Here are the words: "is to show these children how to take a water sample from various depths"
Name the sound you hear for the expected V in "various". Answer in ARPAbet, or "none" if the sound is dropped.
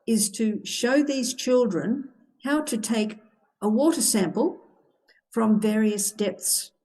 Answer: V